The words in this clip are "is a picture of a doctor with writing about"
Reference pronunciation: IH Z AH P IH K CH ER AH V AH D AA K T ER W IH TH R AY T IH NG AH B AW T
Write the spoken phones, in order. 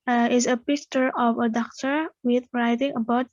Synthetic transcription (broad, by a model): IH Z AH P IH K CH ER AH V AH D AA K T ER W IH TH R AY T IH NG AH B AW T